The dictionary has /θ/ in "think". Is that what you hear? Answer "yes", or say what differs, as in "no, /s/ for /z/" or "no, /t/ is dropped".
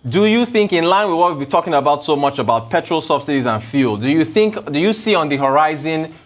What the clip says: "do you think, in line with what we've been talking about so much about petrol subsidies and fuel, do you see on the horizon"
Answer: yes